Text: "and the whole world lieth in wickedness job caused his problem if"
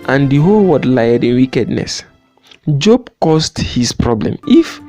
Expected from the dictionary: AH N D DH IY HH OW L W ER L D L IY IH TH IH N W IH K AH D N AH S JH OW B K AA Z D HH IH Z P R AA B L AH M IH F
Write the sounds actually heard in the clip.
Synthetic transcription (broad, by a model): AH N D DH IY HH OW L W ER D L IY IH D IH N W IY K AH D N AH S JH OW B K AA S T HH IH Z P R AA B L AH M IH F